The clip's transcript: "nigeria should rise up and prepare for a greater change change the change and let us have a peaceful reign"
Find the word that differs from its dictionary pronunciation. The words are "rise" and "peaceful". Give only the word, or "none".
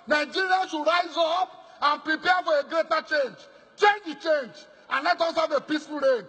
none